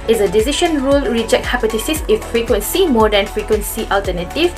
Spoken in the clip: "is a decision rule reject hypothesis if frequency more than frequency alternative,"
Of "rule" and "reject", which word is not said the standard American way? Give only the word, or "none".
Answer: none